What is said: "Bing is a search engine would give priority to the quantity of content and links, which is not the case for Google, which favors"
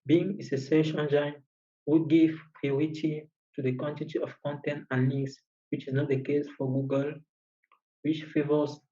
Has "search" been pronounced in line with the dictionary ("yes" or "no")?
no